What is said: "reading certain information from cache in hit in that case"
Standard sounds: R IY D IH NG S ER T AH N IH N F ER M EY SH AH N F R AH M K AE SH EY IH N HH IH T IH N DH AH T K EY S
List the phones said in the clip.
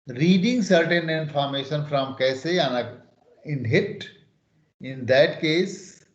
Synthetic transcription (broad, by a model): R IY D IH NG S ER T AH N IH N F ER M EY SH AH N F R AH M K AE S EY IH N HH IH T IH N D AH T K EY S